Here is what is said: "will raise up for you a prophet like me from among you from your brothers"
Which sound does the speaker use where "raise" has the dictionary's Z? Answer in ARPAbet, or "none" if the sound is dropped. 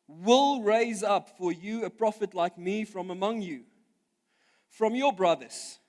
Z